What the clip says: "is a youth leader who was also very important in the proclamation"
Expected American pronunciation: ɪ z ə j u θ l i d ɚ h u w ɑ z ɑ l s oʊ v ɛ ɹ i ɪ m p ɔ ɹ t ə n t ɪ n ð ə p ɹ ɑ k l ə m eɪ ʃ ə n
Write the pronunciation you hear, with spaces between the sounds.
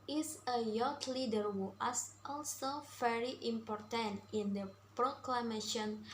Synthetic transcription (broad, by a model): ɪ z ə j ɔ t l i d ɚ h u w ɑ s ɑ l s oʊ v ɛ ɹ i ɪ m p ɔ ɹ t ə n t ɪ n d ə p ɹ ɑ k l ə m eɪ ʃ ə n